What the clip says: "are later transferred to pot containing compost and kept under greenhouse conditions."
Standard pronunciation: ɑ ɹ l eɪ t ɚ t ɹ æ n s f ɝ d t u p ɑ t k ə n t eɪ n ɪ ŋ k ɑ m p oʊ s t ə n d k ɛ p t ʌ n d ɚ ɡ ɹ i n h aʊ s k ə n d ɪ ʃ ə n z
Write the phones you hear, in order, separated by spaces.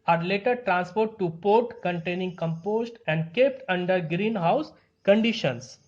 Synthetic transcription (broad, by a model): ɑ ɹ l eɪ t ɚ t ɹ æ n s p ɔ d t u p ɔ t k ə n t eɪ n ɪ ŋ k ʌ m p oʊ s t ə n d k ɛ p t ʌ n d ɚ ɡ ɹ i n h aʊ s k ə n d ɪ ʃ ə n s